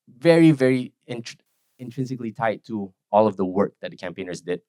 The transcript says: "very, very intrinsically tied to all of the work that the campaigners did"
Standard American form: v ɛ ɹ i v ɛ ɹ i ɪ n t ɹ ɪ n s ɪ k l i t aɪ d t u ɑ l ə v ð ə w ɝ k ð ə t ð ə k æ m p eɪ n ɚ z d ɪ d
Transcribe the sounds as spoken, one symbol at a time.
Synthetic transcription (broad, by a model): v ɛ ɹ i v ɛ ɹ i ɪ n t ɹ ɪ n s ɪ k l i t aɪ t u ɑ l ə v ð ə w ɝ k ð ə t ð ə k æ m p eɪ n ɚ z d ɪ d